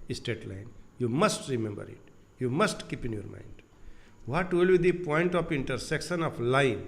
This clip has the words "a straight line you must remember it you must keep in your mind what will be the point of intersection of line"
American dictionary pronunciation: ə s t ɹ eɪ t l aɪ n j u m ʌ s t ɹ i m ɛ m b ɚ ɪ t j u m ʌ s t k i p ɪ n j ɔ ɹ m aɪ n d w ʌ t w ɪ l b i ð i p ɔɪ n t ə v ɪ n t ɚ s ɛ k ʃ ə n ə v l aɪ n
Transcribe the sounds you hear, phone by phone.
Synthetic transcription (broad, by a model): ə s t eɪ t l aɪ n j u m ʌ s t ɹ i m ɛ m b ɚ ɪ t j u m ʌ s t k i p ɪ n j ɔ ɹ m aɪ n d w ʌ t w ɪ l b i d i p ɔɪ n t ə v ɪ n t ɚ s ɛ k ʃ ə n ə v l aɪ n